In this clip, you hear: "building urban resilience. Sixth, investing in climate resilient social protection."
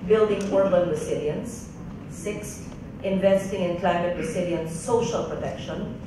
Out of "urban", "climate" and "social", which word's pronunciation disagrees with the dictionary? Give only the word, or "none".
none